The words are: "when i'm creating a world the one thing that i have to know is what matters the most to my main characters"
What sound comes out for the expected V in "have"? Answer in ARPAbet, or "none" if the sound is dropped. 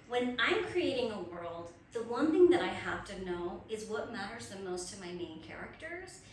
F